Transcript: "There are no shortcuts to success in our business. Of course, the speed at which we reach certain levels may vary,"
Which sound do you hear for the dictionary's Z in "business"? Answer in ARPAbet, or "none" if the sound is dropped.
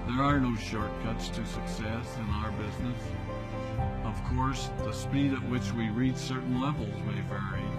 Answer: Z